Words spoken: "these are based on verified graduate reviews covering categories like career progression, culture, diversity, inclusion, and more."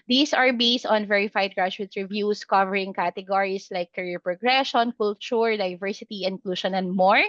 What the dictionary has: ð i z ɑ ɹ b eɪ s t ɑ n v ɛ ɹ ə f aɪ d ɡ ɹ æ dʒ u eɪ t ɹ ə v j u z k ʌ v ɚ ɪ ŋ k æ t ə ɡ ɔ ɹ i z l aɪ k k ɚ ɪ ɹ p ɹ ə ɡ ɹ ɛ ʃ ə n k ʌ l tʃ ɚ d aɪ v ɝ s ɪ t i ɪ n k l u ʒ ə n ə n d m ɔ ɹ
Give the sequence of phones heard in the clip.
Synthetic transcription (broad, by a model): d i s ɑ ɹ b eɪ s t ɑ n v ɛ ɹ ə f aɪ d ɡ ɹ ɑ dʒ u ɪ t ɹ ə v j u s k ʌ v ɚ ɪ ŋ k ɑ t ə ɡ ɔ ɹ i s l aɪ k k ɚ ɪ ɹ p ɹ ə ɡ ɹ ɛ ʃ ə n k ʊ l tʃ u d aɪ v ɝ s ɪ t i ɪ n k l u ʃ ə n ə n d m ɔ ɹ